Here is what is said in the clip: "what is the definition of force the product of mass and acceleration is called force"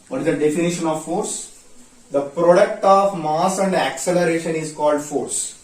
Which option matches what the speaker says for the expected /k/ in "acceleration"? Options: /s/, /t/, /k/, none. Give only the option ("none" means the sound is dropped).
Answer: /k/